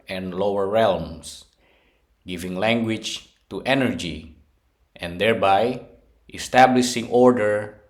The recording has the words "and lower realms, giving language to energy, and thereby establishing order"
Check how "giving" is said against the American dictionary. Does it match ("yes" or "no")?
yes